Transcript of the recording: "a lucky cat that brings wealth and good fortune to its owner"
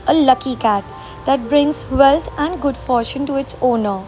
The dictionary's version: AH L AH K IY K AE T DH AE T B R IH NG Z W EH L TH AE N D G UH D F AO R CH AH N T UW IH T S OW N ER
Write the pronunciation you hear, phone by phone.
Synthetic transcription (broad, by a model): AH L AH K IY K AE T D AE T B R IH NG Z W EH L T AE N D G UH D F AO R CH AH N T UW IH T S OW N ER